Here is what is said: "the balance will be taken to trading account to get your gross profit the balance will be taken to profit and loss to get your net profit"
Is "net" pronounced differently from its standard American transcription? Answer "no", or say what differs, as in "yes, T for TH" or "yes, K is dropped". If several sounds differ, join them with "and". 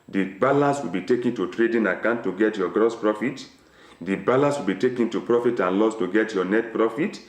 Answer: no